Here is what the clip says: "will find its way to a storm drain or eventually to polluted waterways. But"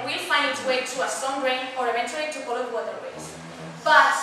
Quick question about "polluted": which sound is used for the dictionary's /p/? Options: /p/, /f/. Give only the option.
/f/